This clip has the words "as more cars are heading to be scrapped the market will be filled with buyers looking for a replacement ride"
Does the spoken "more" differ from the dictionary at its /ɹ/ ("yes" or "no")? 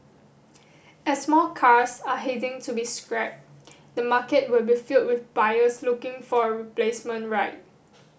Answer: yes